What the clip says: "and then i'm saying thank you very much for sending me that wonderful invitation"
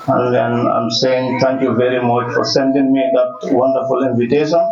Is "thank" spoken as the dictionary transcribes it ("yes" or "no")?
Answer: no